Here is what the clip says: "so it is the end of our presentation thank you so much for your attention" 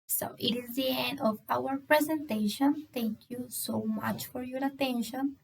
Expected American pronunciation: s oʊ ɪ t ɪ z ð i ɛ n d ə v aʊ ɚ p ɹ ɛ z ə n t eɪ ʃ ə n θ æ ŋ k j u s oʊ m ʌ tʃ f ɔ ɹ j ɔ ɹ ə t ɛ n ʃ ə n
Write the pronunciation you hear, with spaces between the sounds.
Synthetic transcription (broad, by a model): s oʊ ɪ t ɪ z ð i ɛ n d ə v aʊ ɚ p ɹ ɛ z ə n t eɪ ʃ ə n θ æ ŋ k j u s oʊ m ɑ tʃ f ɔ ɹ j ɔ ɹ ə t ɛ n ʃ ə n